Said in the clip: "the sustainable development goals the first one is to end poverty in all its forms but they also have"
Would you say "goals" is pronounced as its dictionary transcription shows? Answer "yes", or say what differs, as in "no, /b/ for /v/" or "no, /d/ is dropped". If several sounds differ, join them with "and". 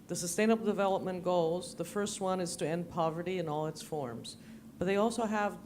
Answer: yes